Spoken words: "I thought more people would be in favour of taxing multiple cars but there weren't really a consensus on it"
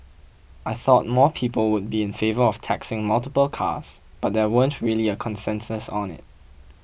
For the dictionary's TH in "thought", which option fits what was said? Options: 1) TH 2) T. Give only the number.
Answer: 1